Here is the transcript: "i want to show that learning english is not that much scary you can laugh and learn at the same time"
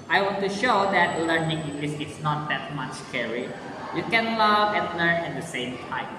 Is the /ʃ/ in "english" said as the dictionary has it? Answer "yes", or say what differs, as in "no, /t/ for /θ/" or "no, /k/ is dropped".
no, /s/ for /ʃ/